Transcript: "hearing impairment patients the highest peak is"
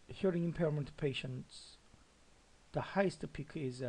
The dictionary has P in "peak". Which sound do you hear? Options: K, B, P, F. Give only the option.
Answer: P